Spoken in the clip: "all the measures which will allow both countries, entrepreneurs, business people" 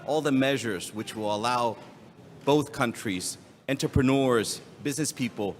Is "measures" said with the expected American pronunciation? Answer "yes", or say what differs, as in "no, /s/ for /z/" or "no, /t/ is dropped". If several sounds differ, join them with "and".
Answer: yes